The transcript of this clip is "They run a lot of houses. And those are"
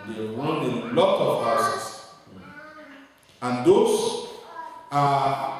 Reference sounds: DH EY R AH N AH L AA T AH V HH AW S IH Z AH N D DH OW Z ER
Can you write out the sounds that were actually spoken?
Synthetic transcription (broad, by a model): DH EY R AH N AH L AA T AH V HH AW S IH S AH N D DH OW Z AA